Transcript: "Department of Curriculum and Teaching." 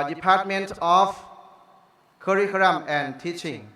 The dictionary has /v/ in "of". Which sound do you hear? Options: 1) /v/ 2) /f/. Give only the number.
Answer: 2